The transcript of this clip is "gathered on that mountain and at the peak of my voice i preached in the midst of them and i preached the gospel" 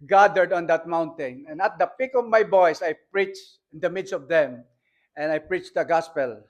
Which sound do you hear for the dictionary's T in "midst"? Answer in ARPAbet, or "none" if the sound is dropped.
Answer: T